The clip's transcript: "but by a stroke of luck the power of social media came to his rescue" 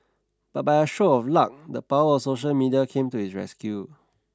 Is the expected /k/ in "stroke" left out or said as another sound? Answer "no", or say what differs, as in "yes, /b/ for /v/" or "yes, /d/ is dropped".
yes, /k/ is dropped